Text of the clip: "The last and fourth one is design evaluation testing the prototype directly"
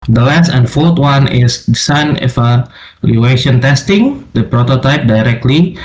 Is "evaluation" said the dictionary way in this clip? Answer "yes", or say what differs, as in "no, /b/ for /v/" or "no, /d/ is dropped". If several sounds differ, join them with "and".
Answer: no, /f/ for /v/